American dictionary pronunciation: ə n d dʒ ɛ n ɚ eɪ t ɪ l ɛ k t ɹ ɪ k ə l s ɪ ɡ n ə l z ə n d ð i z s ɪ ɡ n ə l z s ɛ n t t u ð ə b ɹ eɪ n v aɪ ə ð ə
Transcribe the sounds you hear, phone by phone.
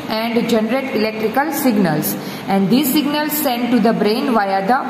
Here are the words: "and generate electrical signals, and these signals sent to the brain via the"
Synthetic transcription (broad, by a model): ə n d dʒ ɛ n ɚ eɪ t ɪ l ɛ k t ɹ ɪ k ə l s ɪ ɡ n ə l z ə n d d i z s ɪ ɡ n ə l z s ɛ n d t u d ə b ɹ eɪ n v aɪ ə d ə